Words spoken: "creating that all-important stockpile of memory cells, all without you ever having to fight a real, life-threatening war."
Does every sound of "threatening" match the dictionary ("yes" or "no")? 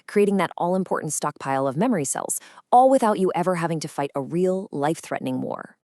yes